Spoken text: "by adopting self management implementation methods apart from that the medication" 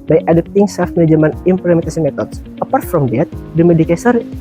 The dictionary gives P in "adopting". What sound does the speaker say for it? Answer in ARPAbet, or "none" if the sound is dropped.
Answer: none